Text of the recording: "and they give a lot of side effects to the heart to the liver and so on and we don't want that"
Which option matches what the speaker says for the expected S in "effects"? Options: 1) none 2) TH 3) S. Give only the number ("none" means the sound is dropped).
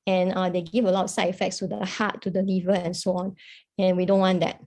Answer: 3